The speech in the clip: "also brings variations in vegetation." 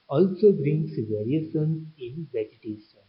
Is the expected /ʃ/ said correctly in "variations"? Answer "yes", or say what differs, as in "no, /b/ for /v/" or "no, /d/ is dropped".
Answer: no, /s/ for /ʃ/